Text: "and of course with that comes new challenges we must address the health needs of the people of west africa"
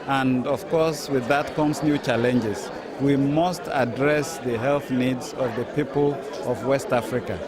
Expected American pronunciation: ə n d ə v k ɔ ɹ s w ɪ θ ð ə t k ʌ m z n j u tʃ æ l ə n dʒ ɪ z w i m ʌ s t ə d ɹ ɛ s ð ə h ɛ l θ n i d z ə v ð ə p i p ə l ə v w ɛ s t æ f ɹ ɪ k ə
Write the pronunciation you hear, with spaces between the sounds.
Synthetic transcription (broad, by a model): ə n d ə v k ɔ ɹ s w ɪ ð ə t k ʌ m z n j u tʃ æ l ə n dʒ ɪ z w i m ʌ s t ə d ɹ ɛ s ð ə h ɛ l θ n i d z ə v ð ə p i p ə l ə v w ɛ s t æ f ɹ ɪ k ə